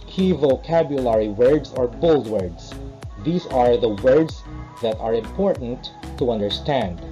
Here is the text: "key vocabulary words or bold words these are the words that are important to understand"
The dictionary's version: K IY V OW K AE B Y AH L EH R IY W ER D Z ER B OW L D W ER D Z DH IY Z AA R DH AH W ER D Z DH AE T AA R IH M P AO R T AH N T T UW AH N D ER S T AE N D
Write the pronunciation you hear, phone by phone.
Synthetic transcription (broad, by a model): K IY V OW K AE B Y AH L EH R IY W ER D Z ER B OW L D W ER D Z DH IY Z AA R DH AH W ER D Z DH AE T AA R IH M P AO R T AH N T T UW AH N D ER S T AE N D